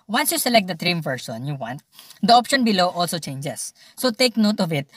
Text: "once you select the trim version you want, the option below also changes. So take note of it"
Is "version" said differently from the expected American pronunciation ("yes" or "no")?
yes